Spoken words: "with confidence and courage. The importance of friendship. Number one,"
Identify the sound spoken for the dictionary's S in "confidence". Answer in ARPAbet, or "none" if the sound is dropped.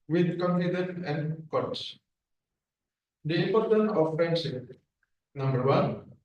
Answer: none